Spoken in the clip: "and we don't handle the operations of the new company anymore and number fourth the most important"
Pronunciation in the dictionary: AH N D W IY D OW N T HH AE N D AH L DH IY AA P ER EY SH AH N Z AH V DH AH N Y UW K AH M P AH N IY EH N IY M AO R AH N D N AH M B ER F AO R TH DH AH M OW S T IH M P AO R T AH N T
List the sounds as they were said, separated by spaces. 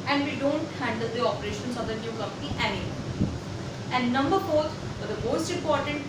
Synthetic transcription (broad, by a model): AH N D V IY D OW N T HH AE N D AH L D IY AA P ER EY SH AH N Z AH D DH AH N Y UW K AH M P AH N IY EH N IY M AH L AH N N AH M B ER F AO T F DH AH M OW S T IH M P AO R T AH N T